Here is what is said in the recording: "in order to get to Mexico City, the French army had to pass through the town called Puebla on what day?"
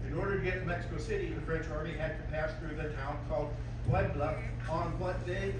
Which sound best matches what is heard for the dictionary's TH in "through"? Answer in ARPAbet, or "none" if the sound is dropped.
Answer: TH